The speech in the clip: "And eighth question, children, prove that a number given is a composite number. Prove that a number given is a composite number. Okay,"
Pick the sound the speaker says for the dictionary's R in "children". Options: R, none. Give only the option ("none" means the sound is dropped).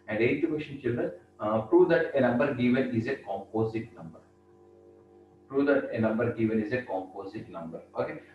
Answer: R